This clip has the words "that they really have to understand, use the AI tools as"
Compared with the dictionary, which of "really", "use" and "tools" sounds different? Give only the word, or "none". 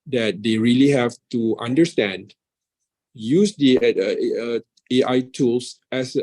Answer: tools